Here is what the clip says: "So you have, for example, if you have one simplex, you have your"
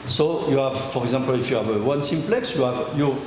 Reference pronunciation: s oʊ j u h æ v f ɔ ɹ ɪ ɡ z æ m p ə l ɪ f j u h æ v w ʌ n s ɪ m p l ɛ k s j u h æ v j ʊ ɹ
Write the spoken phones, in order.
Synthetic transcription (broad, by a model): s oʊ j u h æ v f ɔ ɹ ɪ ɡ z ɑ p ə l ɪ f j u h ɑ v w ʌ n s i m p l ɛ k s j u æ v j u